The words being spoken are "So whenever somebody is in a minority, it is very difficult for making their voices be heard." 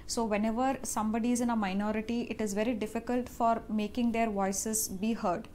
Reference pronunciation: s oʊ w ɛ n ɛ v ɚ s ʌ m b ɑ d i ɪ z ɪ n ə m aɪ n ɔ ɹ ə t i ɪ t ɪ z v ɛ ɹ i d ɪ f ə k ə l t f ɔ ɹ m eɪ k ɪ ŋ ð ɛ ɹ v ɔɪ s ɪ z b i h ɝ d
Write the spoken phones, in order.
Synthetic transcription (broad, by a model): s oʊ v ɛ n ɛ v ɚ s ʌ m b ɑ d i ɪ z ɪ n ə m aɪ n ɔ ɹ ə t i ɪ t ɪ z v ɛ ɹ i d ɪ f ə k ə l t f ɔ ɹ m eɪ k ɪ ŋ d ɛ ɹ v ɔɪ s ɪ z b i h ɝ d